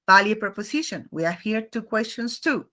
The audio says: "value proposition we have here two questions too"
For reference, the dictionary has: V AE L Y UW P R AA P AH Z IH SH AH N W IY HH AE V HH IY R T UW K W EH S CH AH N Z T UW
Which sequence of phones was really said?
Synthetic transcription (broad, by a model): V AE L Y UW P R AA P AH S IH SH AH N W IY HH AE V HH IY R T UW K W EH S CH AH N S T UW